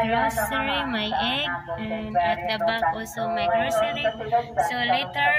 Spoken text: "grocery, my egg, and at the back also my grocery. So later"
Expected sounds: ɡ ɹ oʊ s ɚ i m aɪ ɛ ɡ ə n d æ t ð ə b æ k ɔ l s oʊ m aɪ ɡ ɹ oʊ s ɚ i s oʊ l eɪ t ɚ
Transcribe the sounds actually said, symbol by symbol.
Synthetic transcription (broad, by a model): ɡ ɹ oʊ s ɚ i m aɪ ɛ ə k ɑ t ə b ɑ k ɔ s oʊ m aɪ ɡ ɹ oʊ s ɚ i s oʊ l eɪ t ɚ